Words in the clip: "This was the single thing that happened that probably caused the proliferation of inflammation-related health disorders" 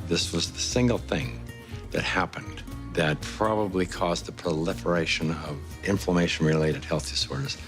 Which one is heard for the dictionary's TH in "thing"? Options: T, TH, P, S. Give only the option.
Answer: TH